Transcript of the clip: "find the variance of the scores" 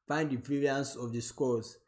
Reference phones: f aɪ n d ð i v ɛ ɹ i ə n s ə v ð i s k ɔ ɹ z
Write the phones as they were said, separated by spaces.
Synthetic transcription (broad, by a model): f aɪ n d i p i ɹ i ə n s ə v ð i s k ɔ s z